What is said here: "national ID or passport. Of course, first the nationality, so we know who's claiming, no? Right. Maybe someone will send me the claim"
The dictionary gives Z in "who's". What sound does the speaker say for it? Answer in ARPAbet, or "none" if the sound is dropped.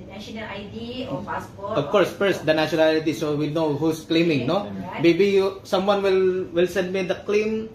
S